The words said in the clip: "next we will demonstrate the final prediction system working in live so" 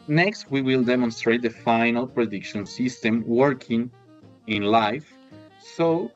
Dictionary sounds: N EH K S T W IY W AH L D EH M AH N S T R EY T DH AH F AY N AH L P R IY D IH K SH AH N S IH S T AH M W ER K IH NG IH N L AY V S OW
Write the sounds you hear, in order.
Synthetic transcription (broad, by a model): N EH K S T W IY W AH L D EH M AH N S T R EY T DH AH F AY N AH L P R IY D IH K SH AH N S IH S T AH M W ER K IH NG IH N L AY F S OW